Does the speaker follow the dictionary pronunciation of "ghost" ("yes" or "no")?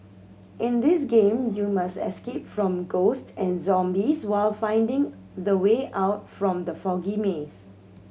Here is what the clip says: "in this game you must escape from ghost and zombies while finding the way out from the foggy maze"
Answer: yes